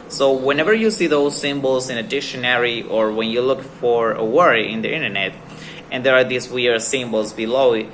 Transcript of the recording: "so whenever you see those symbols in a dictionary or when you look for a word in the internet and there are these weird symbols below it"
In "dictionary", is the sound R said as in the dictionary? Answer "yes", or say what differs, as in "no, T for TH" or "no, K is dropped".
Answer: yes